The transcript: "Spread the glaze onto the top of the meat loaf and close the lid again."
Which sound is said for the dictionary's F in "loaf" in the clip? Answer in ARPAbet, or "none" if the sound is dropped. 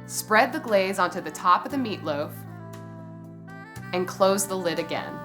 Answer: F